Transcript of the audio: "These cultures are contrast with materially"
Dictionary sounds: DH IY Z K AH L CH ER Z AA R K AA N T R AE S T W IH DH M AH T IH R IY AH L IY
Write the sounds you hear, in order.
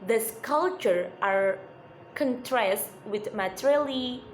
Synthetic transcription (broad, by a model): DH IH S K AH L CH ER AA R K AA N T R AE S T W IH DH M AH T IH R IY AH L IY